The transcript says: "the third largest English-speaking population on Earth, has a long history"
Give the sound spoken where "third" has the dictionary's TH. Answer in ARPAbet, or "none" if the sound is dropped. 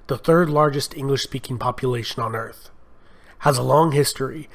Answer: TH